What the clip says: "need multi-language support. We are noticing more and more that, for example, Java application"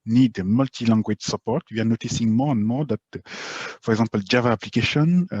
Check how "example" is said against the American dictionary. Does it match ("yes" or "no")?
no